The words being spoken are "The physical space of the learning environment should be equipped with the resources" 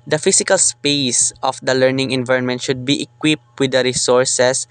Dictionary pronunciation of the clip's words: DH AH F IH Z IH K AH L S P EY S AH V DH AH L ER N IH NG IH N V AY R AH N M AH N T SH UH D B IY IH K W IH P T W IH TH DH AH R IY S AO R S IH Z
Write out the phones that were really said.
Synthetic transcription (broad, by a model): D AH F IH S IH K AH L S P EY S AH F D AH L ER N IH NG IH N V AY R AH N M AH N T SH UH D B IY IH K W IH P T W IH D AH R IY S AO R S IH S